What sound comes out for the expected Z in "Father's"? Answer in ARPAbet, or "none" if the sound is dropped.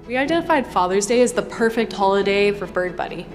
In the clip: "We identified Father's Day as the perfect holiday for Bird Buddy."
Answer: Z